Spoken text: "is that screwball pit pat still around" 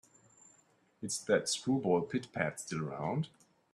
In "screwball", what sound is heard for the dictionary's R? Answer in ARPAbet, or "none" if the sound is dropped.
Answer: none